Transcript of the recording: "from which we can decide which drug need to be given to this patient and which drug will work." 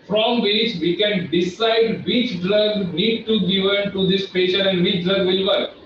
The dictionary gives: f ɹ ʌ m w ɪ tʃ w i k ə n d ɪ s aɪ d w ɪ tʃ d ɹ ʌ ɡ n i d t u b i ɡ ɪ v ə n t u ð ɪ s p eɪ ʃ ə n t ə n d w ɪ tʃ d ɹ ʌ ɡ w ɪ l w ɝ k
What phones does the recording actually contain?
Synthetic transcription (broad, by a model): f ɹ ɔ m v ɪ tʃ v i k ə n d ɪ s aɪ d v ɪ tʃ d ɹ ʌ ɡ n i d t u ɡ ɪ v ə n t u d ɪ s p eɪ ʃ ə t ə n d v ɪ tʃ d ɹ ʌ ɡ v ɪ l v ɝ k